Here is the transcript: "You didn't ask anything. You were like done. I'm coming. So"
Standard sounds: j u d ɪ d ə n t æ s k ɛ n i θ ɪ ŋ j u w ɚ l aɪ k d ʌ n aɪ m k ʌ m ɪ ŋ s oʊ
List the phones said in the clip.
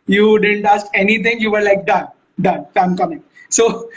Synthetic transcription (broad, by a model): j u d ɪ d ə n t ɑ s k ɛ n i t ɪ ŋ j u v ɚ l aɪ k d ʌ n aɪ m k ʌ m ɪ ŋ s oʊ